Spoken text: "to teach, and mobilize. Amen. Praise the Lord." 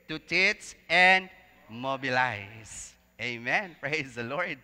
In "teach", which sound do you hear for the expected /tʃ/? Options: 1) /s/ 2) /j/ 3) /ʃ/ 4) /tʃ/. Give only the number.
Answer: 1